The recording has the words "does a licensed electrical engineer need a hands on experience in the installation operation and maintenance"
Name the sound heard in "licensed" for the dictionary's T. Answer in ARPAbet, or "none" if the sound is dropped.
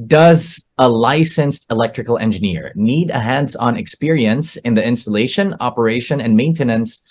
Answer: T